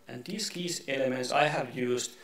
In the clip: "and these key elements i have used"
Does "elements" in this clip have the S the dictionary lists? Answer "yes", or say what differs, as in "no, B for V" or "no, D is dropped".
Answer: yes